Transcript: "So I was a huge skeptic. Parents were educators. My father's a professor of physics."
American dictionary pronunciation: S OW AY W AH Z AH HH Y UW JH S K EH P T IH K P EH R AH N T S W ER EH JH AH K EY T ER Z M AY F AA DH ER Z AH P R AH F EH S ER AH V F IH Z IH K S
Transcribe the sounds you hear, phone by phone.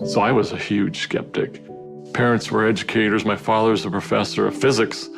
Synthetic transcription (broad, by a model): S OW AY W AH Z AH HH Y UW JH S K EH P T IH K P EH R AH N T S W ER EH JH AH K EY T ER Z M AY F AA DH ER Z AH P R AH F EH S ER AH V F IH Z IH K S